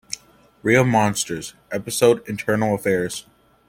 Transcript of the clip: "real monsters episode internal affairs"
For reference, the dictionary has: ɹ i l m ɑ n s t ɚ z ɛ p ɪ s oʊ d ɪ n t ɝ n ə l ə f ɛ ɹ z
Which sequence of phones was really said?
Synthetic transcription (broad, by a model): ɹ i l m ɑ n s t ɚ z ɛ p ɪ s oʊ d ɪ n t ɝ n l ə f ɛ ɹ z